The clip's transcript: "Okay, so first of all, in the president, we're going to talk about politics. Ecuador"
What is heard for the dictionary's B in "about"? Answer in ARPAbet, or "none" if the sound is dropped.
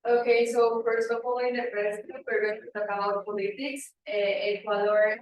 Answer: none